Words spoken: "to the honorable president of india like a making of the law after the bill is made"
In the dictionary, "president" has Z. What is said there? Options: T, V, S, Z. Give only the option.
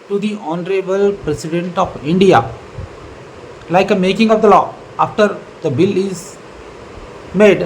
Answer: S